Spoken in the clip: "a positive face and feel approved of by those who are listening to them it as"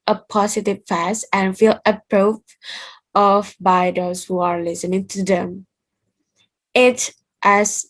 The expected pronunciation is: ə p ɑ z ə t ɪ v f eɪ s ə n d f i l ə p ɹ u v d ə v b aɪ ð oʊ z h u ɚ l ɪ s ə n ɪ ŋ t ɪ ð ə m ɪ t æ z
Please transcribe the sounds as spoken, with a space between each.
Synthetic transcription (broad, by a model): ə p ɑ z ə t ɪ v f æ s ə n f i l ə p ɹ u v ə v b aɪ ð oʊ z h u ɚ l ɪ s ə n ɪ ŋ t ɪ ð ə m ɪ t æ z